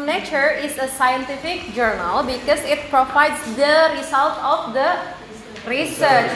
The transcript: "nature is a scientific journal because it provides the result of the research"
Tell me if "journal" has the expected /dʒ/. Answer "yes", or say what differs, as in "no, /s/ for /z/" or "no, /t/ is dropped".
yes